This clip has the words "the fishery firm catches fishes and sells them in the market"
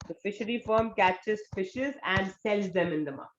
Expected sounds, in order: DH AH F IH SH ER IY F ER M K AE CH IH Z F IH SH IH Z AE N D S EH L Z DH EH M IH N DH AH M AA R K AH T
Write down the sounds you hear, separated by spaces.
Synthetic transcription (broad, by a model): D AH F IH SH ER IY F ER M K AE CH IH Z F IH SH IH Z AE N D S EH L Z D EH M IH N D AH M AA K